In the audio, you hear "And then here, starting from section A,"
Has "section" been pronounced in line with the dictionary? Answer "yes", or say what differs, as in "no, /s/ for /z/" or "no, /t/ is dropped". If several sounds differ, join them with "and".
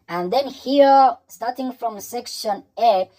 yes